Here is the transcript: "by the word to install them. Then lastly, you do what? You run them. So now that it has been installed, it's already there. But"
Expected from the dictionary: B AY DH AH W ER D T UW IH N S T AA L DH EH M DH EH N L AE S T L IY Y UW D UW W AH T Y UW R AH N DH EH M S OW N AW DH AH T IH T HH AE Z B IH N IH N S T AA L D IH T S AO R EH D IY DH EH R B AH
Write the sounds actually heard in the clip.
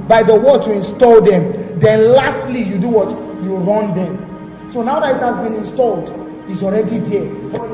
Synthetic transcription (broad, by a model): B AY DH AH W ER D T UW IH N S T AA L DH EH M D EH N L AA S T L IY Y UW D UW W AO T Y UW R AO N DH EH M S OW N AW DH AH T IH T HH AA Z B IH N IH N S T AA L D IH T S AO R EH D IY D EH